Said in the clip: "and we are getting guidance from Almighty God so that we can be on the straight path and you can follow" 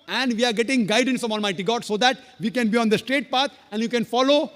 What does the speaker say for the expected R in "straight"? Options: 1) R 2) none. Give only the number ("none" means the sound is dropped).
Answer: 1